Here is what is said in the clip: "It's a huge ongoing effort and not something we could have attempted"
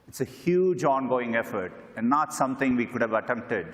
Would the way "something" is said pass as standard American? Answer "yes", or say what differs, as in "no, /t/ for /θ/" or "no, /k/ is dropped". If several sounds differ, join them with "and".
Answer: no, /t/ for /θ/